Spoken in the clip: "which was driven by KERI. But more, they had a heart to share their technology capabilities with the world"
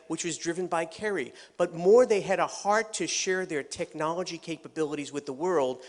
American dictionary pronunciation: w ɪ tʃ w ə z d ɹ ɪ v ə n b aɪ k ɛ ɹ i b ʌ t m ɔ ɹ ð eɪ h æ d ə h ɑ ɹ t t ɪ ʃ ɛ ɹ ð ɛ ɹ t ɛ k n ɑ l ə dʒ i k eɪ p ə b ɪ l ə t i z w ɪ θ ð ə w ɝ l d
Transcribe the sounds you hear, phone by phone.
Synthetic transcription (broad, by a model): w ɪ tʃ w ə z d ɹ ɪ v ə n b aɪ k ɛ ɹ i b ʌ t m ɔ ɹ ð eɪ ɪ d ə h ɑ ɹ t t ɪ ʃ ɛ ɹ ð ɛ ɹ t ɛ k n ɑ l ə dʒ i k eɪ p ə b ɪ l ə t i z w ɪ ð ə w ɝ l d